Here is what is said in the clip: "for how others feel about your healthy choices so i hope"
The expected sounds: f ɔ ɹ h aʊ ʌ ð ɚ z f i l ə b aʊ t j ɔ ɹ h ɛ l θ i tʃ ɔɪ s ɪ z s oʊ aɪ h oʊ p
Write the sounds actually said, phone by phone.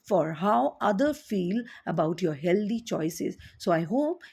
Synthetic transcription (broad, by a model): f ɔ ɹ h aʊ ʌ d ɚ f i l ə b aʊ t j ɔ ɹ h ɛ l t i tʃ ɔɪ s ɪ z s oʊ aɪ h oʊ p